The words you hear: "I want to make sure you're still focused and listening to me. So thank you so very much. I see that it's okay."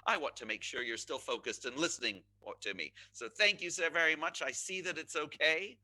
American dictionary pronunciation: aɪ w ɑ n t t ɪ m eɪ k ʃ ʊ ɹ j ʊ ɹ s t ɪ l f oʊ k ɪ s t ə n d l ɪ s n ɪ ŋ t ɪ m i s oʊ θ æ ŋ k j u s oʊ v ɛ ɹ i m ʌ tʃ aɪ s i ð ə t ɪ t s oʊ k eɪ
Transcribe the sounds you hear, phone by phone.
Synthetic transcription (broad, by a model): aɪ w ɑ n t t ɪ m eɪ k ʃ ʊ ɹ j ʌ ɹ s t ɪ l f oʊ k ɪ s t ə n l ɪ s n ɪ ŋ t ɪ m i s oʊ θ æ ŋ k j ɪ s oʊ v ɛ ɹ i m ʌ tʃ aɪ s i ð ə t ɪ t s oʊ k eɪ